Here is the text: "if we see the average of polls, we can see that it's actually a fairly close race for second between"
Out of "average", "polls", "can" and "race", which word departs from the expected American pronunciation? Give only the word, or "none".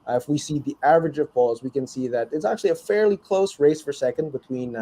polls